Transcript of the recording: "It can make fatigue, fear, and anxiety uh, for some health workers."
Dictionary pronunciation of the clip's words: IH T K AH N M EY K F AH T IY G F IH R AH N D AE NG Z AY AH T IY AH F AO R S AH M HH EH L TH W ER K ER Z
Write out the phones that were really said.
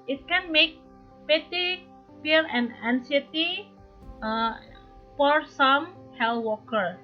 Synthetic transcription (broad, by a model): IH T K AH N M EY K P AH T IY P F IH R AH N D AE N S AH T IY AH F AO R S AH M HH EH L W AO K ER